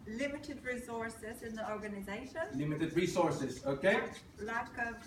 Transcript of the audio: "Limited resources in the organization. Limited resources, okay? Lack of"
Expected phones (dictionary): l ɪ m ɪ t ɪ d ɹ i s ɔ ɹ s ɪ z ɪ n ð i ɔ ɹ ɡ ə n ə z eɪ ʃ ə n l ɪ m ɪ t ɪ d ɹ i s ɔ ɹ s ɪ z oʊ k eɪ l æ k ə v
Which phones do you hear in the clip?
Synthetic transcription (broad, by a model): l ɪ m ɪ t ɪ d ɹ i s ɔ ɹ s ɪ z ɪ n ð i ɔ ɹ ɡ ə n ə z eɪ ʃ ə n l ɪ m ɪ t ɪ d ɹ i s ɔ ɹ s ɪ z oʊ k eɪ l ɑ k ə